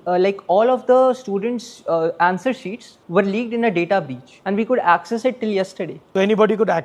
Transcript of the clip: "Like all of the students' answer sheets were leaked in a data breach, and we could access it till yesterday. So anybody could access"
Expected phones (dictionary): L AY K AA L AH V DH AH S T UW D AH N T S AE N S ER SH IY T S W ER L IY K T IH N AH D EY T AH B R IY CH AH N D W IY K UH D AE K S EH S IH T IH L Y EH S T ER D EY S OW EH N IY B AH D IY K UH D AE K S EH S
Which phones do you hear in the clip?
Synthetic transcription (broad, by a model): L AY K AA L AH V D AH S T UW D AH N T S AE N S ER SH IY T S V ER L IY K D IH N AH D EY T AH B IY CH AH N D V IY K UH D AE K S EH S IH T IH L Y EH S T ER D EY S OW EH N IY B AH D IY K UH D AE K